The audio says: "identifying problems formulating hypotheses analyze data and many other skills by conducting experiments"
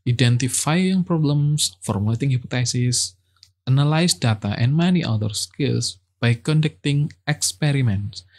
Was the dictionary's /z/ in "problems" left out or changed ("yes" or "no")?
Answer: yes